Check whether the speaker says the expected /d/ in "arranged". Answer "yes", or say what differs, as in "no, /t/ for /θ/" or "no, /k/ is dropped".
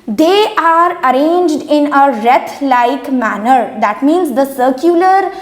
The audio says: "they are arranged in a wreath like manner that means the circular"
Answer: yes